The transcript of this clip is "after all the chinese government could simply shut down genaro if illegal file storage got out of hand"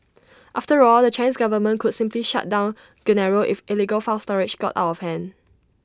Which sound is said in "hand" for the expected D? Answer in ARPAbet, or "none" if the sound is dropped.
none